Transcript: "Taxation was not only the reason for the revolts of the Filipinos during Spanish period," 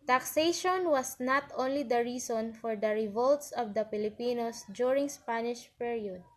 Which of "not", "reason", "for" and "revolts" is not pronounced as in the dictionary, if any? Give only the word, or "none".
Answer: reason